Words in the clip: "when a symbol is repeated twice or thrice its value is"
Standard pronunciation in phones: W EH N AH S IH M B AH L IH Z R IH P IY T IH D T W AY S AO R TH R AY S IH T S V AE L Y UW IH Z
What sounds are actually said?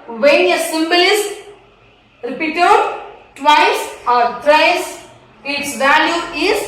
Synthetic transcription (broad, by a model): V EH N AH S IH M B AH L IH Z R IH P IY T IH D T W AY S AO R T R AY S IH T S V AE L Y UW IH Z